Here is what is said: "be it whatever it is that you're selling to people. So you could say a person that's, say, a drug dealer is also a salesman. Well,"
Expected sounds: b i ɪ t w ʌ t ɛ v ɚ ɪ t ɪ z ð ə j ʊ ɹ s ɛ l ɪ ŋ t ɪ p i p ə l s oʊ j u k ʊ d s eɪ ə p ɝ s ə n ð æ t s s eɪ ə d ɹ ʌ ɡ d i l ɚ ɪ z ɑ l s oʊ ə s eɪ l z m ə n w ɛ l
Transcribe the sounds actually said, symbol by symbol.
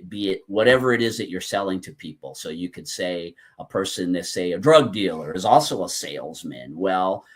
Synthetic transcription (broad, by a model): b i ɪ t w ʌ t ɛ v ɚ ɪ t ɪ z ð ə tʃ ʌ ɹ s ɛ l ɪ ŋ t ɪ p i p l s oʊ j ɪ k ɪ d s eɪ ə p ɝ s ə n ð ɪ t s s eɪ ə d ɹ ʌ ɡ d i l ɚ ɪ z ɑ l s oʊ ə s eɪ l z m ə n w ɛ l